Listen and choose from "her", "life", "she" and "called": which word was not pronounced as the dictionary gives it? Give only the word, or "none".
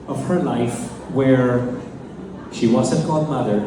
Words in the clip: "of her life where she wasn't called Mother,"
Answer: called